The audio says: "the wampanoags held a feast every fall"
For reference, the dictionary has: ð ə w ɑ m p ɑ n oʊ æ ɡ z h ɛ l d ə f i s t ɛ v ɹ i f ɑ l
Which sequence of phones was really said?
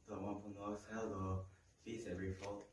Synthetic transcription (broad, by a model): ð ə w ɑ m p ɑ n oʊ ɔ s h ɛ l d ə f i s ɛ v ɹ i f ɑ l